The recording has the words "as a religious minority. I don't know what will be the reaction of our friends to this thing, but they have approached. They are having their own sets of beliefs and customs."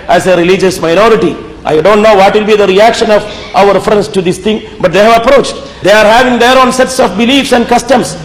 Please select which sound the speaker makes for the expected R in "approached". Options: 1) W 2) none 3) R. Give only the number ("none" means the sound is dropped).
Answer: 3